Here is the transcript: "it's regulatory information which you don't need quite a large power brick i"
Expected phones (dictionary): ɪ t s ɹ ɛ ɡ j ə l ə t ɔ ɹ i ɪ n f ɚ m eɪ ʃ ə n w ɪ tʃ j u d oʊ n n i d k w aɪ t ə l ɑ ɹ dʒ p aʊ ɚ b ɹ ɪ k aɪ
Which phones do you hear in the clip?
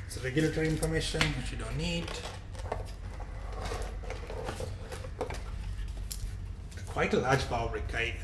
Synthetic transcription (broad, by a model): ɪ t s ɹ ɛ ɡ j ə l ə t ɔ ɹ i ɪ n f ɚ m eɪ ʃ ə n w ɪ tʃ j u d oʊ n n i d k w aɪ t ə l ɑ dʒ b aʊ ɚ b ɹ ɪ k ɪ